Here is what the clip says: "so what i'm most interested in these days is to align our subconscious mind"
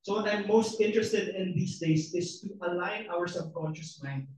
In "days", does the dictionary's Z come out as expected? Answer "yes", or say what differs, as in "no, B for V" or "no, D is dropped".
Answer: no, S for Z